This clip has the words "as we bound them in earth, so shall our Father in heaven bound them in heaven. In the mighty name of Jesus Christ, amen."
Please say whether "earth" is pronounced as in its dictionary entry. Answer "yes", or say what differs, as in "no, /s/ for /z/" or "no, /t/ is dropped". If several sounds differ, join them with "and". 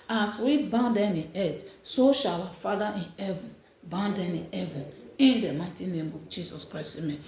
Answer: no, /t/ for /θ/